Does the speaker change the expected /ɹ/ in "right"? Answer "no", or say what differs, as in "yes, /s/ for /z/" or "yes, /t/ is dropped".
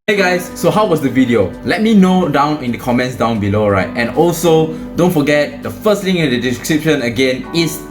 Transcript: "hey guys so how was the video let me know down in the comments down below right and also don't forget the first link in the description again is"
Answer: no